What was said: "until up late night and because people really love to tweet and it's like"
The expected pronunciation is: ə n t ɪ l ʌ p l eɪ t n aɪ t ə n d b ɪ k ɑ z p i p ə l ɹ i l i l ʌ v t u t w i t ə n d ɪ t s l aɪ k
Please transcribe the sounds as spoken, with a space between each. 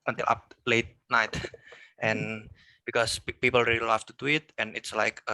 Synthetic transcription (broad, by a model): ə n t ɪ l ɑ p l eɪ t n aɪ t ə n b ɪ k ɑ s p i p ə l ɹ i l i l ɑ f t u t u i t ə n ɪ t s l aɪ k